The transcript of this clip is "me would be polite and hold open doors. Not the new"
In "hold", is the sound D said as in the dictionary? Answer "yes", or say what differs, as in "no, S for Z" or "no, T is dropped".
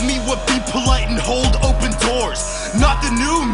yes